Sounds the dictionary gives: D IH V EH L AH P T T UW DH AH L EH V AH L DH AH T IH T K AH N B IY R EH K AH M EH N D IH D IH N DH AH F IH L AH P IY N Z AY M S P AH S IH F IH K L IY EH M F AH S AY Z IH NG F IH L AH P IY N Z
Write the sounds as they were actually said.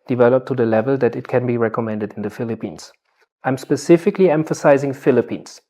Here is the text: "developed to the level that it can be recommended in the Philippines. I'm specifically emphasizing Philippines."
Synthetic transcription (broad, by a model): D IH V EH L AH P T T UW DH AH L EH V AH L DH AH T IH T K AH N B IY R EH K AH M EH N D IH D IH N DH AH F IH L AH P IY N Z AY M S P AH S IH F IH K L IY EH M F AH S AY Z IH NG F IH L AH P IY N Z